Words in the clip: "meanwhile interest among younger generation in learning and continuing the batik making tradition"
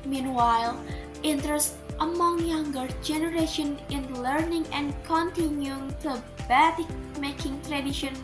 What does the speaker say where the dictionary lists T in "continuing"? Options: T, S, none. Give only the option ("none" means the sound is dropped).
T